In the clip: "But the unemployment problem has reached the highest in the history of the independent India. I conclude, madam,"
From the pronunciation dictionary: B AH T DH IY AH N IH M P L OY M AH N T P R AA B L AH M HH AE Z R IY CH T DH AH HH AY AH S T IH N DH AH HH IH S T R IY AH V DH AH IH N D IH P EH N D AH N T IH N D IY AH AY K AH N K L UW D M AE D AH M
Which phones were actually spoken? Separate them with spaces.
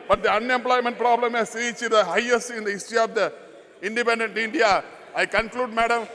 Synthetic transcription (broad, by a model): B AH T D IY AH N IH M P L OY M AH N T P R AA B L AH M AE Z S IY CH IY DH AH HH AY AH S IH N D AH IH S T IY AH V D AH IH N D IH P EH N D AH N T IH N D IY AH AY K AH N K L UW D M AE D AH M